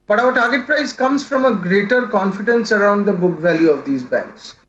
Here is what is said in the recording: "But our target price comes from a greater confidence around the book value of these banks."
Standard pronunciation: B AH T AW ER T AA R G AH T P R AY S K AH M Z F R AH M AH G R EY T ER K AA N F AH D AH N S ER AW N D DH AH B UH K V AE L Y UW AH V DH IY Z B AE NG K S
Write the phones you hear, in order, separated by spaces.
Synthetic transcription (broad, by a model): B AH T AW ER T AA R G AH T P R AY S K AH M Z F R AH M AH G R EY T ER K AA N F AH D AH N S ER AW N D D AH B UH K V AE L Y UW AH V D IY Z B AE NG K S